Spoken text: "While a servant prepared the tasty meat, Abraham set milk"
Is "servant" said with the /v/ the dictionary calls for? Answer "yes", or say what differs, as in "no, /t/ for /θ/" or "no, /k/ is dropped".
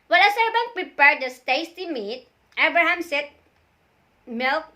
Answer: no, /b/ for /v/